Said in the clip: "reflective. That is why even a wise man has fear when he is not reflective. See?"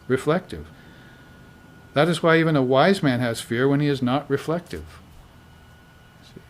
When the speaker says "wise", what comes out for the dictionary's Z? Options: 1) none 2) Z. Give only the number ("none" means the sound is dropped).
2